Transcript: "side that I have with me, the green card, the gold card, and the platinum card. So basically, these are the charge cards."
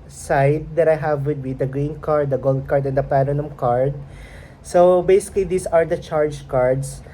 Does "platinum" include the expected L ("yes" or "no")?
no